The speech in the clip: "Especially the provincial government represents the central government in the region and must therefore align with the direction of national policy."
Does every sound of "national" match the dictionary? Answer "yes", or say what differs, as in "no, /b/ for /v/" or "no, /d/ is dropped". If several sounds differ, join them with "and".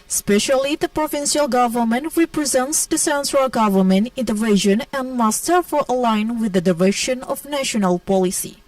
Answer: yes